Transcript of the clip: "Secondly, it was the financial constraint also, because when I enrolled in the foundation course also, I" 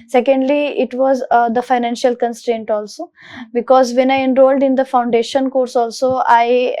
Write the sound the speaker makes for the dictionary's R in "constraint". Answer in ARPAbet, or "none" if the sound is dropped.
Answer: R